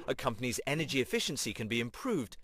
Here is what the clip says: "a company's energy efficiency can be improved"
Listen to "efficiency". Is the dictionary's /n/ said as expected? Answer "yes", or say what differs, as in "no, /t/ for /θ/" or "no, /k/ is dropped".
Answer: yes